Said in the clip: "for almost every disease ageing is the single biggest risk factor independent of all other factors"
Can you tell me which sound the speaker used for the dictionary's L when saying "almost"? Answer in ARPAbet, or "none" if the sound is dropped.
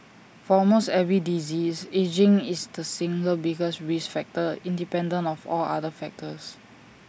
none